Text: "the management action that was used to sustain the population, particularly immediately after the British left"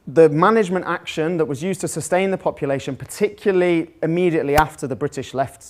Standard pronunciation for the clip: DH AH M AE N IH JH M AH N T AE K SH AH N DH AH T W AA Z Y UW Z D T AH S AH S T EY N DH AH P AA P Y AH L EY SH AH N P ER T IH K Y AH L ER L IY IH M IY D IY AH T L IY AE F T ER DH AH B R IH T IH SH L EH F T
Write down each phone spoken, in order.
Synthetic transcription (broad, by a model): DH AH M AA N IH JH M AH N T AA K SH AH N DH AH T W AA Z Y UW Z T AH S AH S T EY N DH AH P AA P Y AH L EY SH AH N P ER T IH K Y L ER L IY IH M IY D IY AH T L IY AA F T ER DH AH B R IH T IH SH L EH F T